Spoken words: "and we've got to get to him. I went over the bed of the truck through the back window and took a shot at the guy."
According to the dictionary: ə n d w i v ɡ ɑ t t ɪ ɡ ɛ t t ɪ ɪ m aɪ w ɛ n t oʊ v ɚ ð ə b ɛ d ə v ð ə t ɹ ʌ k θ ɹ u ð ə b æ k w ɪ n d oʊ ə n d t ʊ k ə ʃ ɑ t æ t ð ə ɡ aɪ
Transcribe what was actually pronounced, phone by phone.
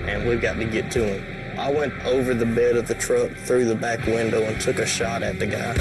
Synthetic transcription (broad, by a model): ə n w i v ɡ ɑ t t ɪ ɡ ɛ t t ɪ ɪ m aɪ w ɛ n t oʊ v ɚ ð ə b ɛ d ə v ð ə t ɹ ʌ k θ ɹ u ð ə b æ k w ɪ n d oʊ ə n t ʊ k ə ʃ ɑ t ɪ t ð ə ɡ aɪ